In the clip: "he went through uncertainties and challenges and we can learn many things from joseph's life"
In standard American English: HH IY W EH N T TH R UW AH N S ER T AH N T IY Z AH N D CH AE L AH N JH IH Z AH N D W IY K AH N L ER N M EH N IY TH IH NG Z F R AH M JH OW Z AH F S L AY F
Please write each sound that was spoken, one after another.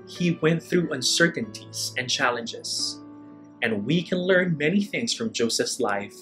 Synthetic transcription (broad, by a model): HH IY W EH N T TH R UW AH N S ER T N T IY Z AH N CH AE L AH N JH IH Z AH N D W IY K AH N L ER N M EH N IY TH IH NG Z F R AH M JH OW S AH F S L AY F